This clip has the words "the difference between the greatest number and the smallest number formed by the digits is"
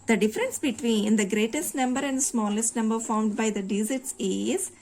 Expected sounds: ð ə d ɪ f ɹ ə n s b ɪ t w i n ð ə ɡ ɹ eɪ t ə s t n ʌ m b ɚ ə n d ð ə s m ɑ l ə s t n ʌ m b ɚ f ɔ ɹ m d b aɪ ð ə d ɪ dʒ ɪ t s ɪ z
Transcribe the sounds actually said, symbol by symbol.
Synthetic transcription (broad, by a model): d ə d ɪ f ɹ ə n s b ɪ t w i n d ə ɡ ɹ eɪ t ə s t n ʌ m b ɚ ə n d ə s m ɑ l ə s t n ʌ m b ɚ f ɔ ɹ m d b aɪ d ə d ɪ z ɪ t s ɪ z